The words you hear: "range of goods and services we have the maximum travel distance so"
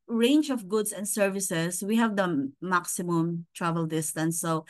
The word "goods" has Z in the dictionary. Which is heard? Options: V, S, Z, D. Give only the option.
S